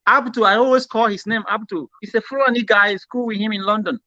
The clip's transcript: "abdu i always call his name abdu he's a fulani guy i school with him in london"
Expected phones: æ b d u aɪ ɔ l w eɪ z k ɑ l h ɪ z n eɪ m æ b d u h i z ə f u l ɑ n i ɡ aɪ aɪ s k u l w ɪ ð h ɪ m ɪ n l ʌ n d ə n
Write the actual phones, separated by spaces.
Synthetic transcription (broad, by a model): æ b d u aɪ ɔ l w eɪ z k ɑ l h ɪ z n eɪ m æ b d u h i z ə f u ɑ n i ɡ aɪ aɪ s k u l w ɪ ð h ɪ m ɪ n l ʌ n d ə n